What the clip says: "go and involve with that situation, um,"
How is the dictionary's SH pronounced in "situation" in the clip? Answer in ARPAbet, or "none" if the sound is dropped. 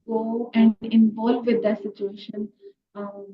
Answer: SH